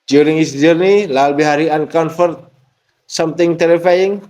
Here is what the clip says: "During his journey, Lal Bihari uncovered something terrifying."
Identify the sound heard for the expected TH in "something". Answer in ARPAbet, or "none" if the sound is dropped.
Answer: T